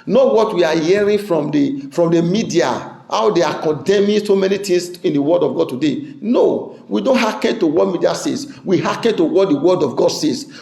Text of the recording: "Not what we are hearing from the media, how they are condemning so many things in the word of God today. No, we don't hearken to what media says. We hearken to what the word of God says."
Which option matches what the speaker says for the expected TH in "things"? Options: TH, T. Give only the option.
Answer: T